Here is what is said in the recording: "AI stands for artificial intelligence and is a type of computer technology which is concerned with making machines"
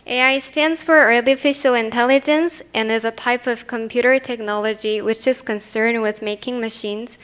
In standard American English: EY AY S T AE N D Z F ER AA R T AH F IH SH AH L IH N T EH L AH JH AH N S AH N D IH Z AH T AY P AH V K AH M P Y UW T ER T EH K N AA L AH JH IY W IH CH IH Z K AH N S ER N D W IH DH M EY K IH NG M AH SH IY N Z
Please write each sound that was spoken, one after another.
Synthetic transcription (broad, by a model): EY AY S T AE N D Z F ER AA R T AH F IH SH L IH N T EH L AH JH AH N S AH N IH Z AH T AY P AH V K AH M P Y UW T ER T EH K N AA L AH JH IY W IH CH IH Z K AH N S ER N D W IH DH M EY K IH NG M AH SH IY N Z